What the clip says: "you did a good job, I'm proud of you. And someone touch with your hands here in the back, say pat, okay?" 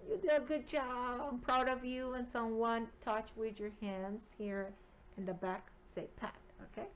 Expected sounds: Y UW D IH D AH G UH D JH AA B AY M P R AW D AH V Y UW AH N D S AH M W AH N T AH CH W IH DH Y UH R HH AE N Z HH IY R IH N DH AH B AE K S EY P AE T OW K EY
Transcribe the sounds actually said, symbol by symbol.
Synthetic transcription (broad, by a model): Y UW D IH AH G UH D JH AA B AY M P R AW D AH V Y UW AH N S AH M W AH N T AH CH W IH DH Y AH R HH AE N Z HH IY R IH N DH AH B AE K S EY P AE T OW K EY